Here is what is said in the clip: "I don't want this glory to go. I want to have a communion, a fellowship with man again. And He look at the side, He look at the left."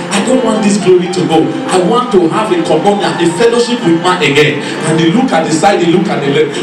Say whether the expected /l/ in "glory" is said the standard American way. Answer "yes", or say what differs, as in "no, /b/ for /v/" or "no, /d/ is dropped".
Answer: yes